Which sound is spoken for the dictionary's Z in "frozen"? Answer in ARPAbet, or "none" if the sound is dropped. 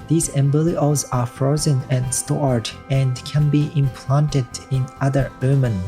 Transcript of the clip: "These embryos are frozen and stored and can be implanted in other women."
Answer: Z